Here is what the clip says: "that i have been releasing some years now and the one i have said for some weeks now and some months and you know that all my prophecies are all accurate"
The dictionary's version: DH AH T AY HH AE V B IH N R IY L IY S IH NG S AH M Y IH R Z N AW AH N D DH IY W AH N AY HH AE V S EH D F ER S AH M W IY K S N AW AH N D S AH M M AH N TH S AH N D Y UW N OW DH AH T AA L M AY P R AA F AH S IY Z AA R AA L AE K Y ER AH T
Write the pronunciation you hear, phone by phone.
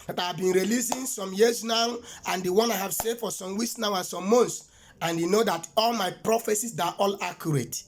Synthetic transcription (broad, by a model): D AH T AY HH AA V B IH N R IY L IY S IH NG S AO M Y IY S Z N AW AH N D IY W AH N AY HH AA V S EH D F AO S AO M W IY S N AW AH N S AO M M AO N T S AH N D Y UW N OW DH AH T AA L M AY P R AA F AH S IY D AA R AA L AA K Y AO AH T